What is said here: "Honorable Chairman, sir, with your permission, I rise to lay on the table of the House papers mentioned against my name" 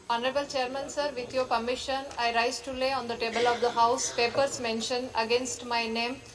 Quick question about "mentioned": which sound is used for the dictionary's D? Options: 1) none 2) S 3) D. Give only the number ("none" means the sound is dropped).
1